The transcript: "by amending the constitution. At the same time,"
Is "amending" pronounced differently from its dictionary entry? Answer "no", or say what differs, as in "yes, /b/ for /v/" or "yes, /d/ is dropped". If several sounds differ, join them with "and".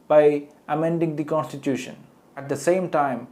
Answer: no